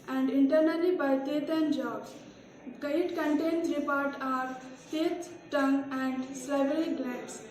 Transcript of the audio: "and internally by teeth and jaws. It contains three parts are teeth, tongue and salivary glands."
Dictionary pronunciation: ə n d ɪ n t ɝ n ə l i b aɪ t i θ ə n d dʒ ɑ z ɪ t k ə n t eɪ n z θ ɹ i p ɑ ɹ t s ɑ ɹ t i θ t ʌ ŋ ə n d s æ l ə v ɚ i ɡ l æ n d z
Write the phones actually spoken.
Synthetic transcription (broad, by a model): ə n d ɪ n t ɝ n ə l i b aɪ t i t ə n dʒ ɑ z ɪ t k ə n t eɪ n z ɹ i p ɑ ɹ t ɑ ɹ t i t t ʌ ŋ ə n d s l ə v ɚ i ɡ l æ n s